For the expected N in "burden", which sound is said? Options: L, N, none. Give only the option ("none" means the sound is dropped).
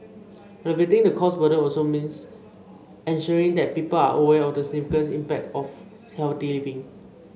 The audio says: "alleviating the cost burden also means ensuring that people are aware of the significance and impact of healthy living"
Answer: none